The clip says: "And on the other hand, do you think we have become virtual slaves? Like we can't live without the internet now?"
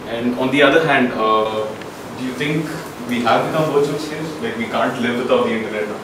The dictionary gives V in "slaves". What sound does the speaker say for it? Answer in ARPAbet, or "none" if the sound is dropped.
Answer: none